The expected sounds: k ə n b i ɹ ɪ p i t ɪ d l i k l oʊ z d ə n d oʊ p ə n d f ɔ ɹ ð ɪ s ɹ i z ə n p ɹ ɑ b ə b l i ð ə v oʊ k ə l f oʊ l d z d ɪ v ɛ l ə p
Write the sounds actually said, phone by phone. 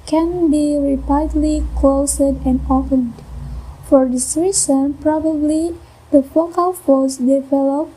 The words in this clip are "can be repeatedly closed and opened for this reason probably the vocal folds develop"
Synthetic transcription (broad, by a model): k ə n b i ɹ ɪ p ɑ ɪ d l i k l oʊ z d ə n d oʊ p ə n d f ɔ ɹ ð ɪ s ɹ i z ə n p ɹ ɑ b ə b l i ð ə f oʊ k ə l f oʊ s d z d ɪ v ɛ l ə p